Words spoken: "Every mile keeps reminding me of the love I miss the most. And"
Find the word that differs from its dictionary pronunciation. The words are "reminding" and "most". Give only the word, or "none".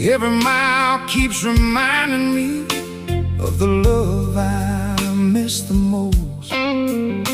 most